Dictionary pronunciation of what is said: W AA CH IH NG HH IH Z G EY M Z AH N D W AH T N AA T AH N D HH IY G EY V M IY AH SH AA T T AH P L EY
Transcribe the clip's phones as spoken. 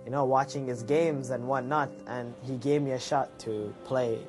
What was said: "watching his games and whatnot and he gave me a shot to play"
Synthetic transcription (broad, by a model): W AA CH IH NG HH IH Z G EY M Z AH N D W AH N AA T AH N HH IY G EY V M IY AH SH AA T T AH P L EY